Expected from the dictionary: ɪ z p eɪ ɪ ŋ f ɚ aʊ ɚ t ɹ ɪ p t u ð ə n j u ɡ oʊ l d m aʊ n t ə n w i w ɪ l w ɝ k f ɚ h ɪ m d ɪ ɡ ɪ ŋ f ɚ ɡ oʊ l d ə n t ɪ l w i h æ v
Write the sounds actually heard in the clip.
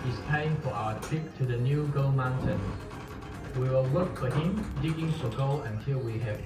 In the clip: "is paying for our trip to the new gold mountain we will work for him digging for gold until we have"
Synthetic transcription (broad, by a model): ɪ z p eɪ ɪ ŋ f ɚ aʊ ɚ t ɪ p t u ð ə n j u ɡ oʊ m aʊ n t ə n w i w ɪ l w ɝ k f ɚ h ɪ m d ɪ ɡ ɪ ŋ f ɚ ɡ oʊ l ə n t ɪ l w i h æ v